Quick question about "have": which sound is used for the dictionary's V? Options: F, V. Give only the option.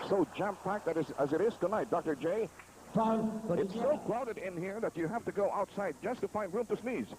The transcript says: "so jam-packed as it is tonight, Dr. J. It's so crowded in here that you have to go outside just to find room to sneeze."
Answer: F